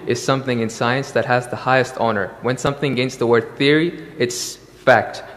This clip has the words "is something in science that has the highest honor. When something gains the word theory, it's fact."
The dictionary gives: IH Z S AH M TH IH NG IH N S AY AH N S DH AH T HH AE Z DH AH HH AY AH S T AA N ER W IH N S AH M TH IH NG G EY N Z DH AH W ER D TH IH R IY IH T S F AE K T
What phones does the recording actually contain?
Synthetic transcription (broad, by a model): IH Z S AH M TH IH NG IH N S AY AH N S DH AH T HH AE Z DH AH HH AY AH S T AA N ER W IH N S AH M TH IH NG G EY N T DH AH W ER D TH IH R IY IH T S F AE K T